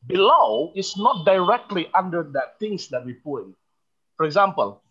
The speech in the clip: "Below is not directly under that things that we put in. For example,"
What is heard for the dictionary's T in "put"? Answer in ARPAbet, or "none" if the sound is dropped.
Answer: none